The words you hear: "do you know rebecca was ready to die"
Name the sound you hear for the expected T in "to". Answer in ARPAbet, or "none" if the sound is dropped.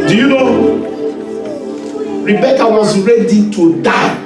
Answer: T